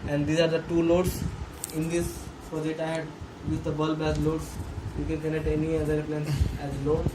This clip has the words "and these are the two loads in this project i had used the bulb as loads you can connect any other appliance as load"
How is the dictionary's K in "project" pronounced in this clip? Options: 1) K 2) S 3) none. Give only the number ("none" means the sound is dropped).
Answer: 3